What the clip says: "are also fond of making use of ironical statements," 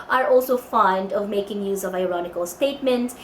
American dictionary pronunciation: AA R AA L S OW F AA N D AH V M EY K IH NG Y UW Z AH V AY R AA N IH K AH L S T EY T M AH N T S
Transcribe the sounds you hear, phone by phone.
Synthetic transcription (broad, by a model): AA R AA L S OW F AA N D AH V M EY K IH NG Y UW Z AH V AY R AA N IH K AH L S T EY T M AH N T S